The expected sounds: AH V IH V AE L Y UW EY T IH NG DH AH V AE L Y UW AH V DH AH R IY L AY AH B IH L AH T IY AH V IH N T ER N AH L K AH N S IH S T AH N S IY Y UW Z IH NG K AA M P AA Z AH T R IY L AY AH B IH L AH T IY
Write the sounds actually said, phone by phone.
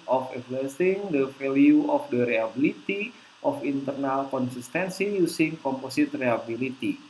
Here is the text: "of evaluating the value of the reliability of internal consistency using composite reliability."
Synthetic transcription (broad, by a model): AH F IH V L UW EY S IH NG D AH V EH L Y UW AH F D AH R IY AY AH B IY L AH T IY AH F IH N T ER N AH L K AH N S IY S T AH N S IY Y UW S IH NG K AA M P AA S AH T R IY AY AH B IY L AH T IY